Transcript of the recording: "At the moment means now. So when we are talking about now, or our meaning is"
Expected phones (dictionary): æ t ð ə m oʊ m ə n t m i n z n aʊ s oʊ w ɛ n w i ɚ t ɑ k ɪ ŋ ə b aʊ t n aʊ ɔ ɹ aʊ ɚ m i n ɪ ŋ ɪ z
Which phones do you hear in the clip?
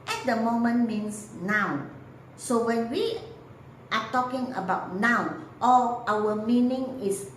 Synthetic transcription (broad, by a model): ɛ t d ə m oʊ m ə n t m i n s n aʊ s oʊ w ɛ n w i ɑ t ɑ k ɪ ŋ ə b aʊ t n aʊ ɔ l aʊ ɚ m i n ɪ ŋ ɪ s